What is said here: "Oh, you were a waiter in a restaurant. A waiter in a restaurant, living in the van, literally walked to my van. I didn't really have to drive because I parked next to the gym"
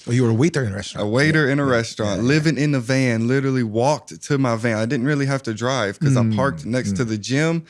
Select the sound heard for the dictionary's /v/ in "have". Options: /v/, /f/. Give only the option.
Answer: /f/